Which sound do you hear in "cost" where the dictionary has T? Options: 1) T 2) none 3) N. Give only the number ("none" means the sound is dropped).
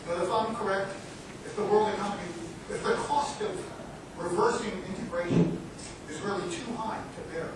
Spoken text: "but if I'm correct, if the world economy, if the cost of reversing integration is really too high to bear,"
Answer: 1